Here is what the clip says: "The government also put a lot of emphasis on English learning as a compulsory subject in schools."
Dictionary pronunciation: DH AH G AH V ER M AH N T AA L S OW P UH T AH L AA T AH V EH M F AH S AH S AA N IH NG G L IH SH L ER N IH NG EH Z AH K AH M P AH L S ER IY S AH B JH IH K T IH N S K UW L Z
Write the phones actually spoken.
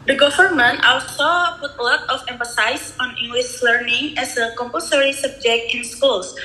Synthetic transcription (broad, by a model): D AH G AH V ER M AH N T AA L S OW P UH T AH L AA T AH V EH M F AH S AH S AA N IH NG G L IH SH L ER N IH NG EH S AH K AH M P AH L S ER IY S AH B JH IH K T IH N S K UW L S